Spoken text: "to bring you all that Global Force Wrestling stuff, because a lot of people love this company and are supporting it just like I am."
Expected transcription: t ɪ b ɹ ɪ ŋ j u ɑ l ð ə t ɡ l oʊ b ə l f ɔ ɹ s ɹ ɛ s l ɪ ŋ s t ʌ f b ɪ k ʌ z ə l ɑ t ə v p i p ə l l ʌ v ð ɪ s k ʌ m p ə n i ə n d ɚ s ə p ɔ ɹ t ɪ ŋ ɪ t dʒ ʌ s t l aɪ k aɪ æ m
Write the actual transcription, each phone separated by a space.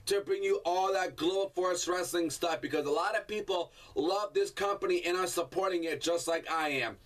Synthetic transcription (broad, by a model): t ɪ b ɹ ɪ ŋ j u ɑ l ð ə t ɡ l oʊ ə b f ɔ ɹ s ɹ ɛ s l ɪ ŋ s t ʌ f b ɪ k ʌ z ə l ɑ t ə v p i p l l ʌ v ð ɪ s k ʌ m p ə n i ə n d ɚ s ə p ɔ ɹ t ɪ ŋ ɪ t dʒ ʌ s t l aɪ k aɪ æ m